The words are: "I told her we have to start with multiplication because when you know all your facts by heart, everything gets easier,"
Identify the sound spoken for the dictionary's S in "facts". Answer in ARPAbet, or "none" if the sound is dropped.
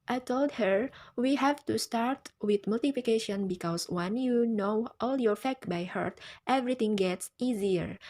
none